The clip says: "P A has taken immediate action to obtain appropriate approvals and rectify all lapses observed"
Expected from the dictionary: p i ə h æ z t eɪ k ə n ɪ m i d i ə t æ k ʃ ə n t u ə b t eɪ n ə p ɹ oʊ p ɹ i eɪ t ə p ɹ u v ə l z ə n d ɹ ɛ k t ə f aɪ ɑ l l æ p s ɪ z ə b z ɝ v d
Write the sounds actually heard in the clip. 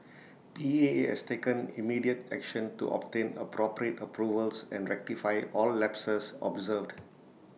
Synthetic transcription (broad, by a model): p i ə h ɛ s t eɪ k ə n ɪ m i d i ə t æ k ʃ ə n t u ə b t eɪ n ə p ɹ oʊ p ɹ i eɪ t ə p ɹ u v ə l s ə n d ɹ ɛ k t ə f aɪ ɑ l l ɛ p s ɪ s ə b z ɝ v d